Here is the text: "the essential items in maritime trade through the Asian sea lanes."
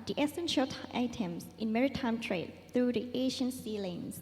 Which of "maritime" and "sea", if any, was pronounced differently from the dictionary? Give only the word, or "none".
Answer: none